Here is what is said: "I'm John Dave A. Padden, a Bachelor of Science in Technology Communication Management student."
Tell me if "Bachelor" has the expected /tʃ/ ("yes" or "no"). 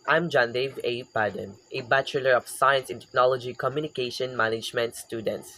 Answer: yes